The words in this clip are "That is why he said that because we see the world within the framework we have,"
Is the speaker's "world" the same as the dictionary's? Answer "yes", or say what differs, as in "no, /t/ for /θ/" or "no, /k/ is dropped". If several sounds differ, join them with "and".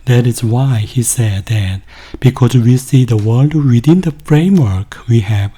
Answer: yes